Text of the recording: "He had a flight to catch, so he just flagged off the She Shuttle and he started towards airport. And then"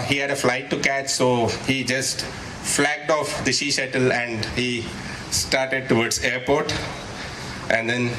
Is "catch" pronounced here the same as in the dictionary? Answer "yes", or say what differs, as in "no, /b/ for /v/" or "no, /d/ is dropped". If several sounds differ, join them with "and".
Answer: yes